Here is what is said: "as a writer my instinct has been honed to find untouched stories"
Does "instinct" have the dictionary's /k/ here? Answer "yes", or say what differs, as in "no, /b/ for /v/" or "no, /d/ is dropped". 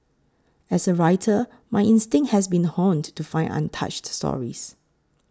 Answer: no, /k/ is dropped